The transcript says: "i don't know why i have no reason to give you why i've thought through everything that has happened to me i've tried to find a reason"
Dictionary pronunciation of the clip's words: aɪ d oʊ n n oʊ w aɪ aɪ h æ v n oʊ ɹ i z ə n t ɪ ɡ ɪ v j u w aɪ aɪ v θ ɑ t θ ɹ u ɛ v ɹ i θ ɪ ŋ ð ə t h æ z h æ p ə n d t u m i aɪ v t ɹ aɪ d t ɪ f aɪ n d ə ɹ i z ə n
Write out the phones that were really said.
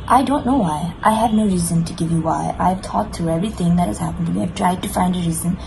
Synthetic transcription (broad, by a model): aɪ d oʊ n n oʊ w aɪ aɪ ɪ v n oʊ ɹ i z ə n t ɪ ɡ ɪ v j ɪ w aɪ aɪ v t ɑ t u ɛ v ɹ i θ ɪ ŋ ð ə t h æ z h æ p ə n d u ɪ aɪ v t ɹ aɪ d t ɪ f aɪ n d ə ɹ i z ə n